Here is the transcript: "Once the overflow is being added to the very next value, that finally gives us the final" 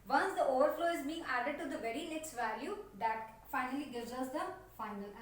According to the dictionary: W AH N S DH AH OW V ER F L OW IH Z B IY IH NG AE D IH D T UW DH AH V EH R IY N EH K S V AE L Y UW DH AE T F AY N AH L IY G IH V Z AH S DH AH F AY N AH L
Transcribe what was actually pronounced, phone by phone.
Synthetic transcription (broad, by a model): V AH N S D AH OW V ER F L OW IH Z B IY IH NG AE D IH D T UW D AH V EH R IY L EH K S V AE L Y UW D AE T F AY N AH L IY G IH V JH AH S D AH F AY N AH L